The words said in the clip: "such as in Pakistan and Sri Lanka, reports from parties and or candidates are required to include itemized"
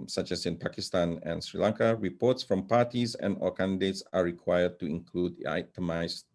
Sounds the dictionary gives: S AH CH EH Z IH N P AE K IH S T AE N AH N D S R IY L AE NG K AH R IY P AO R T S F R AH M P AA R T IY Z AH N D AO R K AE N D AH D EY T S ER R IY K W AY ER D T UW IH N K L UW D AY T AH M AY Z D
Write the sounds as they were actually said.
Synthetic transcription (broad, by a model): S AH CH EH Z IH N P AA K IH S T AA N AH N S R IY L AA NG K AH R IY P AO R T S F R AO M P AA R T IY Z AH N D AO L K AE N D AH D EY T S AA R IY K W AY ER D T UW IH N K L UW D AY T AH M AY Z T